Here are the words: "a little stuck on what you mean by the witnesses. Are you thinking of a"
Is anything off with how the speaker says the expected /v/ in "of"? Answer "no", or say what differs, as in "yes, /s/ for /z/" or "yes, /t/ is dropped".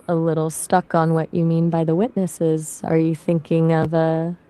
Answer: no